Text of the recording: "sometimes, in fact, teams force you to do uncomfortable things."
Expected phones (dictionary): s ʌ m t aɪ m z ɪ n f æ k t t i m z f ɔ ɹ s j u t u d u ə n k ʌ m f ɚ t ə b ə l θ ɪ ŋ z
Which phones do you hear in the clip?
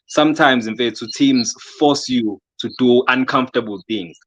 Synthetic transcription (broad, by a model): s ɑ m t aɪ m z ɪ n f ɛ t t i m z f ɔ s j u t u d u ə n k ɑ m f t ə b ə l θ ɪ ŋ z